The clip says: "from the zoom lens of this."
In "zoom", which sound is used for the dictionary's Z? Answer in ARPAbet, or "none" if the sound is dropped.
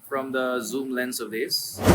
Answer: Z